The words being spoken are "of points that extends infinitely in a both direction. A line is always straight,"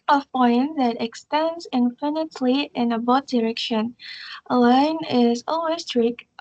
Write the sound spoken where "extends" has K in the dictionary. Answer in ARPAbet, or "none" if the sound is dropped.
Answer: K